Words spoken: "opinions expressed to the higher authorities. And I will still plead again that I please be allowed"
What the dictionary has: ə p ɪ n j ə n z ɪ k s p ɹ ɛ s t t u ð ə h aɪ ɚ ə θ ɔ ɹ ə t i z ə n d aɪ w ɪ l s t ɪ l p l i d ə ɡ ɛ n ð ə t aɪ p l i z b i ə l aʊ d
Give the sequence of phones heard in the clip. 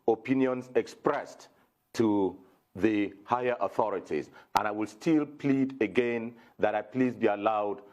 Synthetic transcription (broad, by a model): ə p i n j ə n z ɪ k s p ɹ ɛ s t t u ð ə h aɪ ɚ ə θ ɔ ɹ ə t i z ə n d aɪ w ɪ l s t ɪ l p l i d ə ɡ ɛ n ð ə t aɪ p l i z b i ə l aʊ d